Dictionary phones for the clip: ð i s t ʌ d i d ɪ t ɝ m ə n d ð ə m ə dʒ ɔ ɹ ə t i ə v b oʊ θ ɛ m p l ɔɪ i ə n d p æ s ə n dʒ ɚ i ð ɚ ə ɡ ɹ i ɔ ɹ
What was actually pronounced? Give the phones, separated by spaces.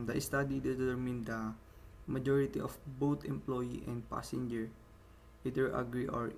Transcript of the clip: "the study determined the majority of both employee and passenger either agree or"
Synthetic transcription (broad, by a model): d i s t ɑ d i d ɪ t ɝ m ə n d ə m ə dʒ ɔ ɹ ə t i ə f b oʊ t ɛ m p l ɔɪ i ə n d p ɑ s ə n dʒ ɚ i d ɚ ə ɡ ɹ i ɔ ɹ